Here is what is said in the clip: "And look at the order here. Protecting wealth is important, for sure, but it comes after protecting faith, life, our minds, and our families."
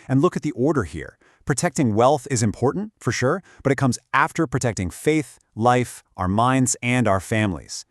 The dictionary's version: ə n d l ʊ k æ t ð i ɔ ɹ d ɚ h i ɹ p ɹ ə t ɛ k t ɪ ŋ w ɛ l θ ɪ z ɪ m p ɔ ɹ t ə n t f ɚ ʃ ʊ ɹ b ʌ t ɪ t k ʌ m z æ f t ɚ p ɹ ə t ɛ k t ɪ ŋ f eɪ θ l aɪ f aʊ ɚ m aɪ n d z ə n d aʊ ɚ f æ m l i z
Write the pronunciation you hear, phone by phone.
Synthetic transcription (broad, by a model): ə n l ʊ k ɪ t ð i ɔ ɹ d ɚ h i ɹ p ɹ ə t ɛ k t ɪ ŋ w ɛ l θ ɪ z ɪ m p ɔ ɹ t n t f ɚ ʃ ʊ ɹ b ʌ t ɪ t k ʌ m z æ f t ɚ p ɹ ə t ɛ k t ɪ ŋ f eɪ θ l aɪ f aʊ ɚ m aɪ n d z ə n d aʊ ɚ f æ m l i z